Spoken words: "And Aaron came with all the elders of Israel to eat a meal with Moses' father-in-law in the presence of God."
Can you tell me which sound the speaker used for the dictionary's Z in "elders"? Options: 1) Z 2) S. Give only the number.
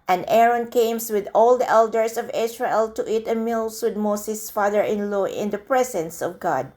2